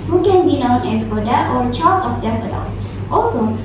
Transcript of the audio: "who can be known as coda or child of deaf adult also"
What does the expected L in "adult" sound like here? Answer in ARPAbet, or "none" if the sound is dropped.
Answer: none